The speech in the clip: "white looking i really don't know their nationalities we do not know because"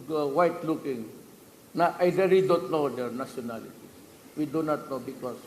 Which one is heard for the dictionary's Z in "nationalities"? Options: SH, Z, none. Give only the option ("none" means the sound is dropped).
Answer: none